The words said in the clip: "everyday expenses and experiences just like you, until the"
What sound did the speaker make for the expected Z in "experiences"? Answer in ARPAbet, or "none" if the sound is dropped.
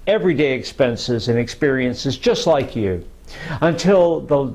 Z